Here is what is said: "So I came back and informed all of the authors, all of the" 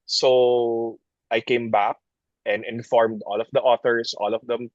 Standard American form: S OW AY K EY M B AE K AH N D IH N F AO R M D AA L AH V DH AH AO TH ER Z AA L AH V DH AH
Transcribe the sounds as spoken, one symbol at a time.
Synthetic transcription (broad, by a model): S OW AY K EY M B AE K AH N D IH N F AO R M D AA L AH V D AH AO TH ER S AA L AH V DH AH